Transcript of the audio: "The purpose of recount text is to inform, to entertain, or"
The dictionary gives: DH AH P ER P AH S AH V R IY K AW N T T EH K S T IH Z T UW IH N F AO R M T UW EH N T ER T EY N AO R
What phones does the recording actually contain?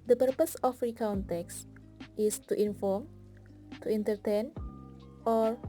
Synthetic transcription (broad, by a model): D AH P ER P AH S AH F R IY K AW N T T EH K S T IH S T UW IH N F AO R M T UW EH N T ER T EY N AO R